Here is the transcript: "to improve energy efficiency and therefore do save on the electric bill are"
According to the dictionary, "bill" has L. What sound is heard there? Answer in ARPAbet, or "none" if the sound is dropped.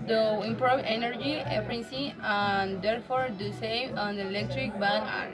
N